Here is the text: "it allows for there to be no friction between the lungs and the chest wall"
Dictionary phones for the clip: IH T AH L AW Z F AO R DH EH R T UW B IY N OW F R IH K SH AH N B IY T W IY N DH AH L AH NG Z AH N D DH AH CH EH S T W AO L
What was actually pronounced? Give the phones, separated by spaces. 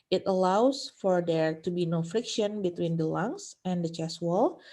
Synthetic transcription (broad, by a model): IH T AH L AW S F AO R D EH R T UW B IY N OW F R IH K SH AH N B IY T W IY N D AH L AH NG S AH N D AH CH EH S W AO L